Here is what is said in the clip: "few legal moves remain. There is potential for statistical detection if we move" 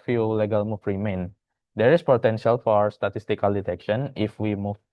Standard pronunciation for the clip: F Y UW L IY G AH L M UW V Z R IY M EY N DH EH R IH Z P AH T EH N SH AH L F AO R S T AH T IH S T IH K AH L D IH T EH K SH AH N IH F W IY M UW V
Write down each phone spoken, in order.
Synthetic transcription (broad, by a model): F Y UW L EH G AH L M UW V R IY M EY N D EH R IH S P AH T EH N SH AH L F AO R S T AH T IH S T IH K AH L D IH T EH K SH AH N IH F W IY M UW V